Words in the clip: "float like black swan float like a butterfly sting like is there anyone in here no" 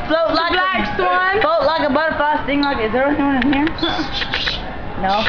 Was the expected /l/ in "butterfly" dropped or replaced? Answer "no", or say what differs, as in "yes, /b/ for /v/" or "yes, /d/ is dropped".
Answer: yes, /l/ is dropped